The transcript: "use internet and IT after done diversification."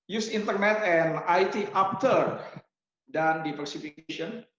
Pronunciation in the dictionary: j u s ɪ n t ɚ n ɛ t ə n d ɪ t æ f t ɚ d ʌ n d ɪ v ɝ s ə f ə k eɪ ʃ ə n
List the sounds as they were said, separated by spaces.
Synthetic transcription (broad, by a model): j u s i n t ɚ n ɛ t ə n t ɪ t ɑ p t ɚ d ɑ n d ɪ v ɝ s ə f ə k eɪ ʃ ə n